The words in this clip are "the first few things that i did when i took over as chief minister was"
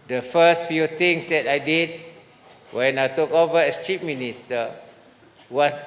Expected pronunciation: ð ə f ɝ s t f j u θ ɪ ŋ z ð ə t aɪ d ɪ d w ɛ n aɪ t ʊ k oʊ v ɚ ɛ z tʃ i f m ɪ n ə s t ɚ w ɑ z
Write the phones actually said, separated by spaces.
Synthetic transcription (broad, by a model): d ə f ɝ s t f j u t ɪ ŋ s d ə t aɪ d ɪ d w ɛ n aɪ t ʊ k oʊ v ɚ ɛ s tʃ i p m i n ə s t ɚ w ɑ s